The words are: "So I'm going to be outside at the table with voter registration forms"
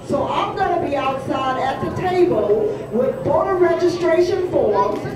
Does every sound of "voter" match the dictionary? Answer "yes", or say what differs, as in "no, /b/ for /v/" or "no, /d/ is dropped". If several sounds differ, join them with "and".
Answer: no, /b/ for /v/